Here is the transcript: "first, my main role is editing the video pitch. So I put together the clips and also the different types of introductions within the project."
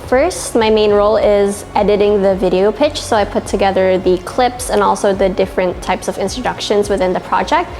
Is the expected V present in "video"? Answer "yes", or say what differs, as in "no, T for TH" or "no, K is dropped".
yes